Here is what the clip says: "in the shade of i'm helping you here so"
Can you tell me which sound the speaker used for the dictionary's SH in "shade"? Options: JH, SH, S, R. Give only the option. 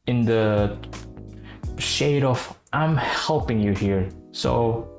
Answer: SH